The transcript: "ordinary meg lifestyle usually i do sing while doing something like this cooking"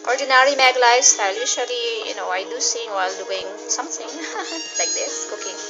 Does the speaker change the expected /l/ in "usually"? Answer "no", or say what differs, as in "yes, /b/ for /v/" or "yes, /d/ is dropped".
yes, /n/ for /l/